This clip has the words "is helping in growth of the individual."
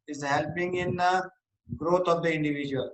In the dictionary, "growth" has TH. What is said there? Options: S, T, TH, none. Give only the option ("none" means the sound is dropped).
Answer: T